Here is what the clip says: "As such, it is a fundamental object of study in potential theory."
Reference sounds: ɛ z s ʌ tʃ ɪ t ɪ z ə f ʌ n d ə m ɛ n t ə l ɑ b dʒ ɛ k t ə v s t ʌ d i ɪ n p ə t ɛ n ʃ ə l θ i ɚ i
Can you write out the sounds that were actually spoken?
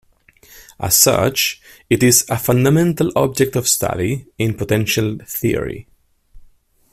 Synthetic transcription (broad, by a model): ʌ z s ʌ tʃ ɪ t ɪ z ə f ʌ n d ə m ɛ n t ə l ɑ b dʒ ɛ k t ə v s t ʌ d i ɪ n p ə t ɛ n ʃ ə l θ i ɚ i